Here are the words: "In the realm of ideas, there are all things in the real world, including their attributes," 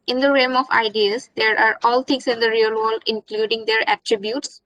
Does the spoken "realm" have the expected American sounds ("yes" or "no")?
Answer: no